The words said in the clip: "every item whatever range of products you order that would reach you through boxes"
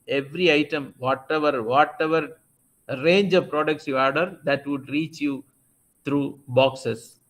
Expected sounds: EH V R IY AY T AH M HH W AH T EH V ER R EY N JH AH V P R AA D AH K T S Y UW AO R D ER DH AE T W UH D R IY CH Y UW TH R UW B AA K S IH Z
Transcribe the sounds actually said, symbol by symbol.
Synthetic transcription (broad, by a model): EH V R IY AY T AH M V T AH T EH V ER R EY N JH AH V P R AA D AH K T S Y UW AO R D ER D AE T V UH D R IY CH Y UW T R UW B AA K S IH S